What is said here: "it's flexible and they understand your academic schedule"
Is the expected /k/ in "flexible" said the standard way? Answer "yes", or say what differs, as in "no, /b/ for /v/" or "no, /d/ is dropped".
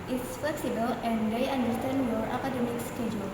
no, /k/ is dropped